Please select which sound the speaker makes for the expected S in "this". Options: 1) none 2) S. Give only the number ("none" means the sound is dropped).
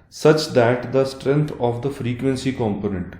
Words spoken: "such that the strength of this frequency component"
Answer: 1